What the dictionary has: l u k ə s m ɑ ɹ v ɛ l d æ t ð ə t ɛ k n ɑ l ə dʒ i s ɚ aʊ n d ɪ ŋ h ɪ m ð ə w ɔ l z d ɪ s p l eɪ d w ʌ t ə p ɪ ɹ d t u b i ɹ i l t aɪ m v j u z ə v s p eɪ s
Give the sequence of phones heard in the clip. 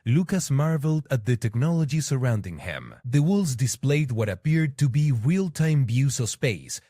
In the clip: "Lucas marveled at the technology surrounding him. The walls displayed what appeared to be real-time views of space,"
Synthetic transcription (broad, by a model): l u k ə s m ɑ ɹ v l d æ t ð ə t ɛ k n ɑ l ə dʒ i s ɚ aʊ n d ɪ ŋ h ɪ m ð ə w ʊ l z d ɪ s p l eɪ d w ʌ t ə p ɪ ɹ d t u b i ɹ i l t aɪ m b j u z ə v s p eɪ s